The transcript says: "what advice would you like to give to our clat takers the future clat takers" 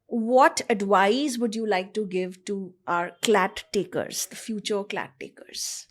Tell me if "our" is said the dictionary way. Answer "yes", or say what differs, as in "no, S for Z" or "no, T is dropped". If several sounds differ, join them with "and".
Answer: yes